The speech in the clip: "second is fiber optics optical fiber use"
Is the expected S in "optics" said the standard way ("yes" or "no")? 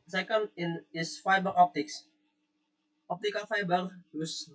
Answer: yes